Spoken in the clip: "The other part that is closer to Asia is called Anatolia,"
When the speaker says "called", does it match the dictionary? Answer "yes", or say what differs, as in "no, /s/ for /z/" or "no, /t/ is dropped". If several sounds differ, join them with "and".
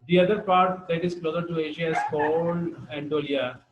no, /d/ is dropped